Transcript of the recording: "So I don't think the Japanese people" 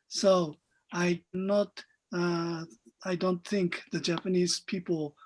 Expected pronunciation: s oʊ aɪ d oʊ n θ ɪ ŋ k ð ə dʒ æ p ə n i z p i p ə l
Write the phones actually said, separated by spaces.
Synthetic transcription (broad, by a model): s oʊ aɪ d oʊ n θ ɪ ŋ k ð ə dʒ æ p ə n i z p i p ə l